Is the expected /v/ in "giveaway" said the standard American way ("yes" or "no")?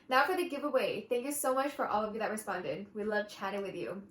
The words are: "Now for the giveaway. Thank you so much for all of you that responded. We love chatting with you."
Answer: yes